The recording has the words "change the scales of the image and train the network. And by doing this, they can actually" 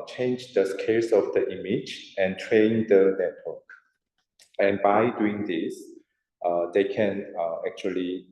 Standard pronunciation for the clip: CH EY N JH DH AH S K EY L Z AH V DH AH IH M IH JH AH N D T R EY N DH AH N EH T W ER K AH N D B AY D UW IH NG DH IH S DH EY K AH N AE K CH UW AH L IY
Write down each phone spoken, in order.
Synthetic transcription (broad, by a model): CH EY N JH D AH S K EY L S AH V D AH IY M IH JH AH N T R EY N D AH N EH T W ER K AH N B AY D UW IH NG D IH S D EY K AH N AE K CH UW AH L IY